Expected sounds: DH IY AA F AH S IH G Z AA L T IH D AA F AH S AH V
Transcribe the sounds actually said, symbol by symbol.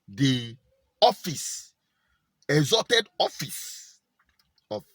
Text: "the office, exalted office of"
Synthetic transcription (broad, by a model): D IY AA F AH S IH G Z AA T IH D AA F AH S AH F